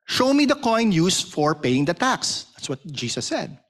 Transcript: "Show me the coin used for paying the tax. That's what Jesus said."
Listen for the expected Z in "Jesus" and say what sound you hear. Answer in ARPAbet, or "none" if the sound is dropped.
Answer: S